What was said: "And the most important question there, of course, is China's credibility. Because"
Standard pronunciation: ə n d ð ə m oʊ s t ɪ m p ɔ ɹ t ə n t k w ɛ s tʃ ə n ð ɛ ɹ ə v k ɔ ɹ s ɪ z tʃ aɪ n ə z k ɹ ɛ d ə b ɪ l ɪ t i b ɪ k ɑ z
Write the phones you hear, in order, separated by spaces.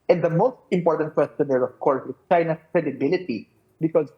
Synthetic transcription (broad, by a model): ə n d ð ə m oʊ s t ɪ m p ɔ ɹ t ə n t k w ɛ s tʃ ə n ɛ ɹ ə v k ɔ ɹ s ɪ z tʃ aɪ n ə s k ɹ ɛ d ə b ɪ l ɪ t i b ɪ k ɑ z